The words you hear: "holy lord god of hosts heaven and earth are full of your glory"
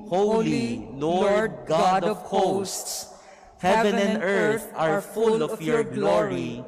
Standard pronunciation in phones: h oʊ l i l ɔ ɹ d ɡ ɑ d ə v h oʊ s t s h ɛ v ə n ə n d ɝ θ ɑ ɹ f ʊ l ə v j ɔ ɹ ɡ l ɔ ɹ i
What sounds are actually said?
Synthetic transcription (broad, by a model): h oʊ l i l ɔ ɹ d ɡ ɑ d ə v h oʊ s t s h ɛ v ə n ə n d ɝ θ ɑ ɹ f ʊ l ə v j ɔ ɹ ɡ l ɔ ɹ i